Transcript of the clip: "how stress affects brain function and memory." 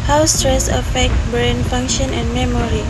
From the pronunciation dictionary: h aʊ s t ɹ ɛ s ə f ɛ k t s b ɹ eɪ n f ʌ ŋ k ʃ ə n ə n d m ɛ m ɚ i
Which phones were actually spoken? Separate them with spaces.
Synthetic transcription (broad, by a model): h aʊ s t ɹ ɛ s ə f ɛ k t b ɹ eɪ n f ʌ ŋ k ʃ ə n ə n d m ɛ m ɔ i